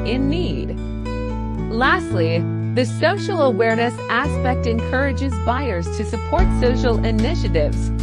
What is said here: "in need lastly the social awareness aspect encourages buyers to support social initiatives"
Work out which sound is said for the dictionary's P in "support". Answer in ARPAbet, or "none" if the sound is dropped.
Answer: P